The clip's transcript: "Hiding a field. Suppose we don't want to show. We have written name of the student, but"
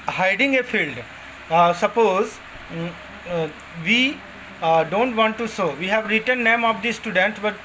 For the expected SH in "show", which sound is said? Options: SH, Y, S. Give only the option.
S